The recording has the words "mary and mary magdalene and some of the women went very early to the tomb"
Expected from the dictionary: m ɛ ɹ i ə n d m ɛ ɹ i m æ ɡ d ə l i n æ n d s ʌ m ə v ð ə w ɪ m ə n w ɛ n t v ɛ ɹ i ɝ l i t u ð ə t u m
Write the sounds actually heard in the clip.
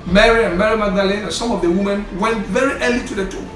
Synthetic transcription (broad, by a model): m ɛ ɹ i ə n m ɛ ɹ i m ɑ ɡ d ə l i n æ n s ʌ m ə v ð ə w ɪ m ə n w ɛ n t v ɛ ɹ i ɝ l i t u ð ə t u